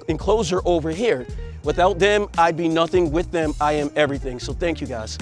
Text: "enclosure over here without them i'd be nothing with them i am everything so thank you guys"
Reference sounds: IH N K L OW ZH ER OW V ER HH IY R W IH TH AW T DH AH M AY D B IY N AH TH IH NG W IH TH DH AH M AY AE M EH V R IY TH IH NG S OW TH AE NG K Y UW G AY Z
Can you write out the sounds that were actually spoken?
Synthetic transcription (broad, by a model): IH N K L OW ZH ER OW V ER HH IY R W IH TH AW T DH AH M AY D B IY N AH TH IH NG W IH DH AH M AY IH M EH V R IY TH IH NG S OW TH AE NG K Y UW G AY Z